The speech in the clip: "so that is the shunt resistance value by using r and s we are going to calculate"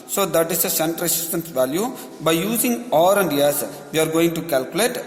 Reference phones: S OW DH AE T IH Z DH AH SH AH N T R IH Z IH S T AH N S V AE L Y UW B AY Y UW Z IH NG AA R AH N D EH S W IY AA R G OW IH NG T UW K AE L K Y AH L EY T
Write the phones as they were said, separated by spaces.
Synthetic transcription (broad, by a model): S OW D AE T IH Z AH S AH N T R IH S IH S T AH N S V AE L Y UW B AY Y UW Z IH NG AA R AH N D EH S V IY AA R G OW IH NG T UW K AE L K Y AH L EY T